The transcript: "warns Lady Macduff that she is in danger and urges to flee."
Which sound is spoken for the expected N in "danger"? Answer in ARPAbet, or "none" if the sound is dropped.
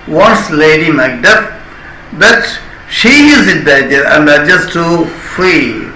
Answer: none